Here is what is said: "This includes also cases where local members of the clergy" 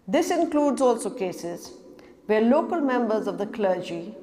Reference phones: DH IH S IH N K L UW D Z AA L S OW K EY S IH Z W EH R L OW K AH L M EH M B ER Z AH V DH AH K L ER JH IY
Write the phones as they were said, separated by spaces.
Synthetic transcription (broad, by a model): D IH S IH N K L UW D Z AA L S OW K EY S IH Z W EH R L OW K AH L M EH M B ER Z AH V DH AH K L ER JH IY